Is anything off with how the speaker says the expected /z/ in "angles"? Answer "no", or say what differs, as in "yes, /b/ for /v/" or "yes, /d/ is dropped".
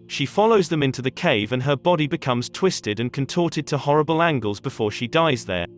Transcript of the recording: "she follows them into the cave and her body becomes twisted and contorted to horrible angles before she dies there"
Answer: no